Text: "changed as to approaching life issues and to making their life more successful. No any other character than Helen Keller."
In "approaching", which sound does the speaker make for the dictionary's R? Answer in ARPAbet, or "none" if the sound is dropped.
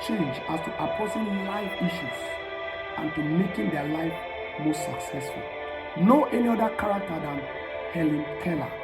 none